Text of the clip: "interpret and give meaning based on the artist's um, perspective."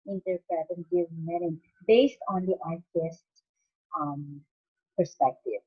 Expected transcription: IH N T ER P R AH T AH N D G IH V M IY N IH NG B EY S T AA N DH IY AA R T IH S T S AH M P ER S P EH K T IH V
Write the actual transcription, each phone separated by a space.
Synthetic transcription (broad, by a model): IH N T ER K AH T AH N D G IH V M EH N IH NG B EY S T AA N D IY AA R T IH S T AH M P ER S P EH K T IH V